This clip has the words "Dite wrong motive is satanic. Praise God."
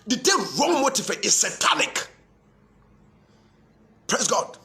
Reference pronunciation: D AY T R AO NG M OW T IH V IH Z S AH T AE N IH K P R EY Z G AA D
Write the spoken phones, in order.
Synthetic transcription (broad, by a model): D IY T R AO NG M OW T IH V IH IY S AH T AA N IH K P R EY S G AA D